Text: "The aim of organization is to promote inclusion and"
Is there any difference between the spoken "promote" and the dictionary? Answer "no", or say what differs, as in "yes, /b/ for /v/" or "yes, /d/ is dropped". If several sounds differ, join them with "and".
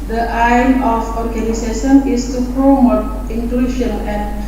no